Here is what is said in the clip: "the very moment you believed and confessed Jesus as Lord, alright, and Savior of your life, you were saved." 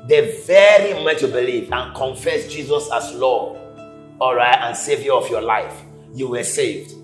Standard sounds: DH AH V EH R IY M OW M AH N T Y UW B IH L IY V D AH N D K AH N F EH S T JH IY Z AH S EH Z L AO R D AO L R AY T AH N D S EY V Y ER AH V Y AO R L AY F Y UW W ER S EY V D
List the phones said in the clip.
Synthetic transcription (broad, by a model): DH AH V EH R IY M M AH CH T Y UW B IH L IY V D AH N K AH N F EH S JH IY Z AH S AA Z L AO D AO L R AY T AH N S EY V Y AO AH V Y AO L AY F Y UW W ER S EY V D